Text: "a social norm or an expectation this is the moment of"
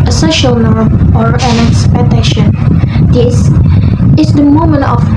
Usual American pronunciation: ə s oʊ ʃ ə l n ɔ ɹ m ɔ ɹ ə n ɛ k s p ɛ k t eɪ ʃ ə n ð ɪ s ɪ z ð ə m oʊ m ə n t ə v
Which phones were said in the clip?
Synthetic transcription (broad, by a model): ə s oʊ ʃ ə l n ɔ ɹ m ɔ ɹ ə n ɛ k s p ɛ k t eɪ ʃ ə n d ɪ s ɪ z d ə m oʊ m ə n t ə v